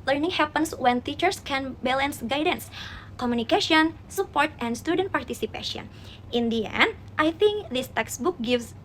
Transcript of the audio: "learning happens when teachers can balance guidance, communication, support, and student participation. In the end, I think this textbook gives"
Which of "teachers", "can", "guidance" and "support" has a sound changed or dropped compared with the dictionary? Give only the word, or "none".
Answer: teachers